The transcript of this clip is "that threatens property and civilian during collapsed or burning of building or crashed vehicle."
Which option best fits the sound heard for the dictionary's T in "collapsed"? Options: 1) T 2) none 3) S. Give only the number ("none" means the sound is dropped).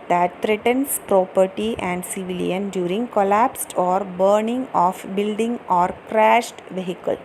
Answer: 1